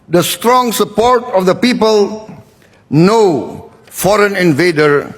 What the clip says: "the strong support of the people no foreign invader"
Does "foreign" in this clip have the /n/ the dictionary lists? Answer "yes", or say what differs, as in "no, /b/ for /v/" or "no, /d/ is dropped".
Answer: yes